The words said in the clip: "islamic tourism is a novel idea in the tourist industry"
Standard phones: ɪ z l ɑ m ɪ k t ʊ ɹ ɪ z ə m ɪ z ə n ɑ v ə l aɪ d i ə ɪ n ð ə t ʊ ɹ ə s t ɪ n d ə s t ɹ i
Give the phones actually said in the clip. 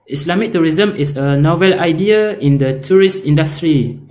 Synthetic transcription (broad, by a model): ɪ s l ɑ m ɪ k t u ɹ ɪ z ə m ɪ s ə n ɑ v ə l aɪ d i ə ɪ n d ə t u ɹ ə s t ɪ n d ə s t ɹ i